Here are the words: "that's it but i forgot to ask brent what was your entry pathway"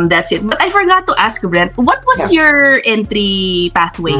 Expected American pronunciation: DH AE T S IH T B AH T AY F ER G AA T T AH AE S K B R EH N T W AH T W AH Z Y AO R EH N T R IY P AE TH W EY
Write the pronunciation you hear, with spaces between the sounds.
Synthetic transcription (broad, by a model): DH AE T S IH T B AH T AY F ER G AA T T AH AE S K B R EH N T W AH T W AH S Y AO R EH N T R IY P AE TH W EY